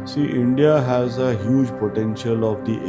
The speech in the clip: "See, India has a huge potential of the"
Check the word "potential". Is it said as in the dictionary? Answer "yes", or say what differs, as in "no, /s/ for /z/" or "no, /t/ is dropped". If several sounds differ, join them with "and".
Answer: yes